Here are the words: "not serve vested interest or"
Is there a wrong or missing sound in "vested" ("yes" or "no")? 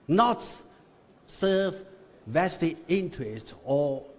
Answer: yes